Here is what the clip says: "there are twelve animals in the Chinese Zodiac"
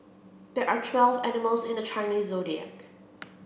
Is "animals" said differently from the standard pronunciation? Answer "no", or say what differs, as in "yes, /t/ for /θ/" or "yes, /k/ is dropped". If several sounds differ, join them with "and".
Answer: no